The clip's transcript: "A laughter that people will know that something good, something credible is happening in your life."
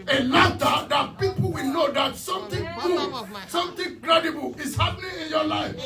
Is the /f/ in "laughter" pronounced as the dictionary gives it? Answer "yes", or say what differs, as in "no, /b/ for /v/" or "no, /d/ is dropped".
no, /f/ is dropped